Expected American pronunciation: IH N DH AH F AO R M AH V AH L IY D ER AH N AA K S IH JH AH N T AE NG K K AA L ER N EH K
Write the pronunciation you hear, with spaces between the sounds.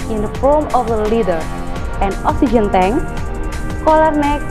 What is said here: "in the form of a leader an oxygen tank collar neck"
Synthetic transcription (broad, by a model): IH N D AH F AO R M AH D AH L IY D ER AH N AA S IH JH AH N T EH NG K K AA L ER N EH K